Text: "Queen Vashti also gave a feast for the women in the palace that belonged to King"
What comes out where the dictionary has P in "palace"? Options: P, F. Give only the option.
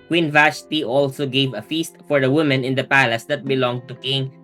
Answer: P